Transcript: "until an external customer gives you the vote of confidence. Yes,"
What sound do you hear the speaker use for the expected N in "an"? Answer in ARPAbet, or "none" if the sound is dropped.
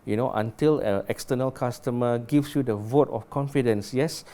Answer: L